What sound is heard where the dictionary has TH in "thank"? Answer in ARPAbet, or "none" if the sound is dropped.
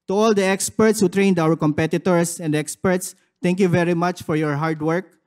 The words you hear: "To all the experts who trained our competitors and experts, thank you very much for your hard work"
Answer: T